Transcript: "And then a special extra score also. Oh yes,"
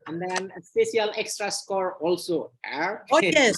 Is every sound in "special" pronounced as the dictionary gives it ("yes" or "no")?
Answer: no